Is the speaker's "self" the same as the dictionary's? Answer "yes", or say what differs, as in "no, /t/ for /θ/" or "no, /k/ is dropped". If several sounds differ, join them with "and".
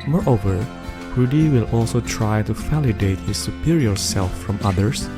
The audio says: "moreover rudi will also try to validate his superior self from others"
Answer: yes